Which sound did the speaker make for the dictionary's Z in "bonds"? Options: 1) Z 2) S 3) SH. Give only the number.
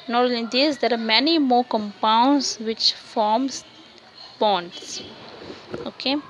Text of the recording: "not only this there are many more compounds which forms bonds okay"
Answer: 2